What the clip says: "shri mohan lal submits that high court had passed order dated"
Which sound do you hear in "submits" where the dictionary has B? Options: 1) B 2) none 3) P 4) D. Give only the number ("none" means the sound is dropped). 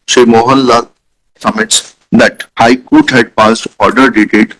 2